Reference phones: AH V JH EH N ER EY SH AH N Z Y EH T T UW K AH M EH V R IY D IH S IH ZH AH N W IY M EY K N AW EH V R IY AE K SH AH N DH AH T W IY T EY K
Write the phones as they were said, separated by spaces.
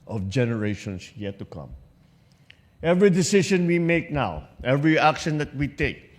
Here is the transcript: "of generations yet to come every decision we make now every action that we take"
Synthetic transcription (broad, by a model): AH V JH EH N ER EY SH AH N S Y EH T T UW K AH M EH V R IY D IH S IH SH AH N W IY M EY K N AW EH V R IY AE K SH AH N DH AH T W IY T EY K